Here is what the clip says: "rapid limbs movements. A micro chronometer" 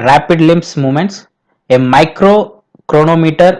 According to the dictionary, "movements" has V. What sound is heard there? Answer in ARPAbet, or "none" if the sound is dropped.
none